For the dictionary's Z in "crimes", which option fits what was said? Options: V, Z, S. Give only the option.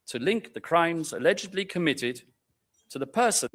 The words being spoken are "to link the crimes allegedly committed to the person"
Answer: Z